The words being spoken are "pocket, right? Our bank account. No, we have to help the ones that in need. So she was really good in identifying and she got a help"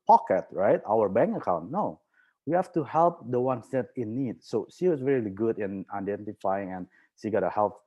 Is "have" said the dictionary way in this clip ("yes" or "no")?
no